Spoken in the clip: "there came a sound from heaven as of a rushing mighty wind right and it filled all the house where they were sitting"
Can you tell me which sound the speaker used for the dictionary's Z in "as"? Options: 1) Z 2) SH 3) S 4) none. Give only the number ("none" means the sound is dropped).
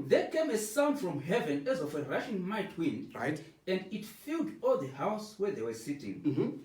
1